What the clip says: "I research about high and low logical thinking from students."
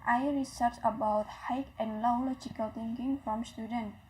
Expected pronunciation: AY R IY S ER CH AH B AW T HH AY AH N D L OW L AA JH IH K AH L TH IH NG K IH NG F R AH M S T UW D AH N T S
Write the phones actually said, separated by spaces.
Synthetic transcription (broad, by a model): AY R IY S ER S AH B AW T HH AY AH N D L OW L AA JH IH K AH L T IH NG K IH NG F R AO M S T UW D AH N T